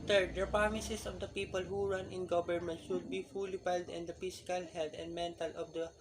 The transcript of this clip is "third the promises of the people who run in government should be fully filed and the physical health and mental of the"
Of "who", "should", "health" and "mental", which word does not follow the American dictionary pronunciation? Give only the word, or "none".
health